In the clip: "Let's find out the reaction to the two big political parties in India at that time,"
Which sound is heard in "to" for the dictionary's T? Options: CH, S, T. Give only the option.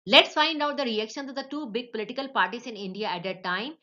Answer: S